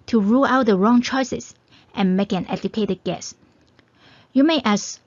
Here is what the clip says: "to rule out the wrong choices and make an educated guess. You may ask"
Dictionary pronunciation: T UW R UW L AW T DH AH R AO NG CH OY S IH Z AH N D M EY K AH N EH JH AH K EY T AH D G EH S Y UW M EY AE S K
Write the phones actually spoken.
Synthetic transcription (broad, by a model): T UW R UW L AW T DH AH R AO NG CH OY S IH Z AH N M EY K AH N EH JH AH K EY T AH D G EH S Y UW M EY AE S